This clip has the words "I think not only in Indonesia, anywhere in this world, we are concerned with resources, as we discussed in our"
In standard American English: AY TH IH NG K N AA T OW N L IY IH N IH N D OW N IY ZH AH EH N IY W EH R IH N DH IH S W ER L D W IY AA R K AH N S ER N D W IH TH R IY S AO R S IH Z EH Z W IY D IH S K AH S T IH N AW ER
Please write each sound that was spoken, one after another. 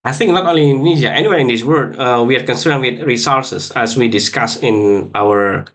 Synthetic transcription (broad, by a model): AY TH IH NG K N AA T OW N L IY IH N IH N D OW N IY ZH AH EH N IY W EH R IH N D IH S W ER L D W IY AA R K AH N S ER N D W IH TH R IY S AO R S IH S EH S W IY D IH S K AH S IH N AW ER